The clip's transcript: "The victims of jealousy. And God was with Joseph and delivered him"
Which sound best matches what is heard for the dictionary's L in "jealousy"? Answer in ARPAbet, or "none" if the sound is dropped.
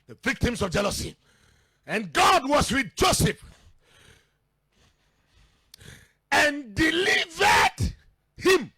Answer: L